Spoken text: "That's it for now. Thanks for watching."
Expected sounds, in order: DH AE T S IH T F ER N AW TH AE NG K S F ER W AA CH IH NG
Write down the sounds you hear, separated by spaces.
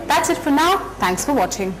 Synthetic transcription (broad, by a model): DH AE T S IH T F ER N AW TH AE NG K S F ER W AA CH IH NG